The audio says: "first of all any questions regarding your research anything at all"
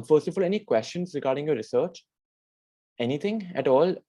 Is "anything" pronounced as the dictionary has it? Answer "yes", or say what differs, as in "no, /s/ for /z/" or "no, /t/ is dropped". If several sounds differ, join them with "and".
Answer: no, /t/ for /θ/